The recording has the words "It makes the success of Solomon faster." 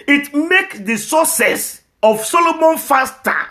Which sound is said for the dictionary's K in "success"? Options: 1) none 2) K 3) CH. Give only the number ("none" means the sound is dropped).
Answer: 1